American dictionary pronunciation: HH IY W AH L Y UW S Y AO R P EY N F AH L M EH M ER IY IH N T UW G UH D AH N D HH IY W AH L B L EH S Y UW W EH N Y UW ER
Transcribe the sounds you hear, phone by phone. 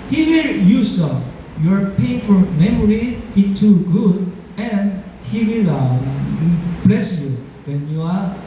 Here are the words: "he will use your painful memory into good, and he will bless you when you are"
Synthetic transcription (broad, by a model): HH IY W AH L Y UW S Y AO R P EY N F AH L M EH M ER IY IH T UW G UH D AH N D HH IY W AH L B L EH S Y UW W EH N Y UW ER